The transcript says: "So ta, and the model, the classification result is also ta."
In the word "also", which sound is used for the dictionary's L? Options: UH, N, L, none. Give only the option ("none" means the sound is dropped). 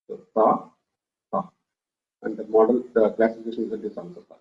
N